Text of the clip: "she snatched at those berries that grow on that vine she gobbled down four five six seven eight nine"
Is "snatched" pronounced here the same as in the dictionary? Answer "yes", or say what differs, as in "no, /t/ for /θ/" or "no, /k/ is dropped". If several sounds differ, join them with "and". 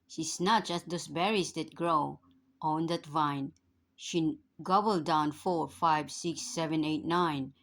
no, /t/ is dropped